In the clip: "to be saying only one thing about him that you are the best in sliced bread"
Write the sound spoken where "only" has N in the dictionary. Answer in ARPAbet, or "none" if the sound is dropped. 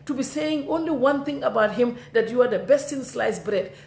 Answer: N